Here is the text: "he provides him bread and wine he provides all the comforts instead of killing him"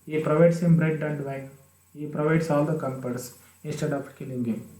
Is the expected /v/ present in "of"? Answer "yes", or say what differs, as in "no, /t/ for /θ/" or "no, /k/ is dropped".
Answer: no, /p/ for /v/